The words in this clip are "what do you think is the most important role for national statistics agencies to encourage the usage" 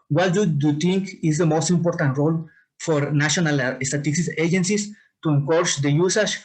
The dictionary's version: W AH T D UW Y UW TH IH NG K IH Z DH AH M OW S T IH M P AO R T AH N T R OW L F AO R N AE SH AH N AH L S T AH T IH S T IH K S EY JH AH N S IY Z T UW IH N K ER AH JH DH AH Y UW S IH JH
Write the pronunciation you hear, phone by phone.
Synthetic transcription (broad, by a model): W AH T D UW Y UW T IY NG K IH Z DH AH M OW S T IH M P AO R T AH N T R OW L F AO R N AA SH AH N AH L S T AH T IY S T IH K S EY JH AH N S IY S T UW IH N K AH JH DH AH Y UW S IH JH